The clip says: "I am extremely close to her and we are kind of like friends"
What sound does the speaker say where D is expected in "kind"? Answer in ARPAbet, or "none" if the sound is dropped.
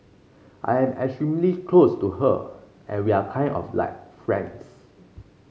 none